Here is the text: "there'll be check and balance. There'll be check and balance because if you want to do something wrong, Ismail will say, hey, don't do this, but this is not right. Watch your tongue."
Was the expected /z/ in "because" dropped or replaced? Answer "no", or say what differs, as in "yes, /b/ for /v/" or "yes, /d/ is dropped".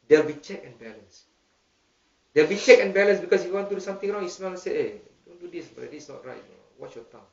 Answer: yes, /s/ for /z/